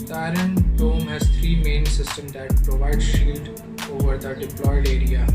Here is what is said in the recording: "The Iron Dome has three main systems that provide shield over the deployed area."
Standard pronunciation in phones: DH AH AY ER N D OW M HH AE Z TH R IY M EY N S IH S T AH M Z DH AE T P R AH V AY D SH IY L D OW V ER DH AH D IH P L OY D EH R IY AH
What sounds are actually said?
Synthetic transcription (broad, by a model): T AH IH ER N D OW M HH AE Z T R IY M EY N S IH S T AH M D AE T P R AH V AY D SH IY L D OW V ER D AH D IH P L OY D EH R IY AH